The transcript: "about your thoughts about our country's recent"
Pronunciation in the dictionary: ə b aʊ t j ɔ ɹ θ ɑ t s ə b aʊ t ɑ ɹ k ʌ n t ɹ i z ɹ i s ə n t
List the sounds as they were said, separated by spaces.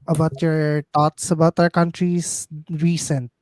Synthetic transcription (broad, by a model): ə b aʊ t j ɔ ɹ t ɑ t s ə b aʊ t ɑ ɹ k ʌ n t ɹ i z ɹ i s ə n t